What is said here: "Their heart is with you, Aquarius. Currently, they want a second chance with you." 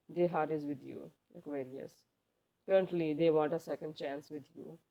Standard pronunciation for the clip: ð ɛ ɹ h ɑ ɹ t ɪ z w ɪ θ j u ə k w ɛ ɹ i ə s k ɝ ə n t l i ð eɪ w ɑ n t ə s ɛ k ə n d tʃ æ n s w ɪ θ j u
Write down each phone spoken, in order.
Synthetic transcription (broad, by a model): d ɛ h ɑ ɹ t ɪ z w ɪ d j u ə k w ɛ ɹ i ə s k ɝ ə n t l i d eɪ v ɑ n t ə s ɛ k ə n d tʃ æ n s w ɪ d j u